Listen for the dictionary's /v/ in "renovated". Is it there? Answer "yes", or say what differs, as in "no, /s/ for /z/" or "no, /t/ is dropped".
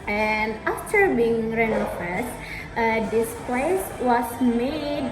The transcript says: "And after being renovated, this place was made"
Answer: no, /f/ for /v/